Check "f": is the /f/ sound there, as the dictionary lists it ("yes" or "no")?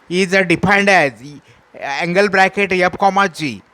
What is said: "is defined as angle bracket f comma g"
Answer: no